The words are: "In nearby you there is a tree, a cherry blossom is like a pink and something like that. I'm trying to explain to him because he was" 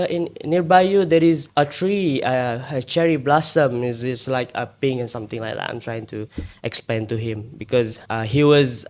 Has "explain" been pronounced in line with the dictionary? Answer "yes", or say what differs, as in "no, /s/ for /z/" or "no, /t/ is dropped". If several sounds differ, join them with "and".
no, /l/ is dropped